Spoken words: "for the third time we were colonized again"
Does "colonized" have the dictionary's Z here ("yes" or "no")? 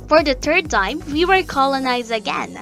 yes